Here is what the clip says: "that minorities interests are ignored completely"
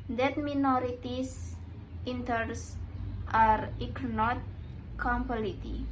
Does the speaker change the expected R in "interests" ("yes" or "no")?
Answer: yes